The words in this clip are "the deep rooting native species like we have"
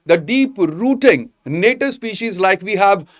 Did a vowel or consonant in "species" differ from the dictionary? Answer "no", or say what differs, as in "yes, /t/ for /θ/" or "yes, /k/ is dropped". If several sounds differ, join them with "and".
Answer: no